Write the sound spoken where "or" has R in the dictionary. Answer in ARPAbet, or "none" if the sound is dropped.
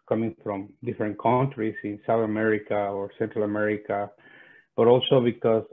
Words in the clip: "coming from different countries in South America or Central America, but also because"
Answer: R